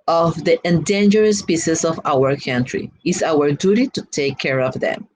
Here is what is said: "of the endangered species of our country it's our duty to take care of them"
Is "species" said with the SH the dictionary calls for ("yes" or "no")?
no